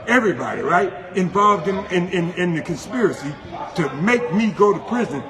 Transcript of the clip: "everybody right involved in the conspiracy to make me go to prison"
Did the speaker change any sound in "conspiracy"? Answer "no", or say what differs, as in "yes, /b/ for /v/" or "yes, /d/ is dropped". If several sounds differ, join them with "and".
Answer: no